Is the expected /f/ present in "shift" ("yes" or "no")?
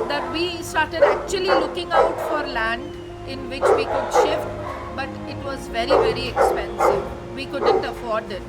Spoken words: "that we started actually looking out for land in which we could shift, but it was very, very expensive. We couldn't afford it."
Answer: yes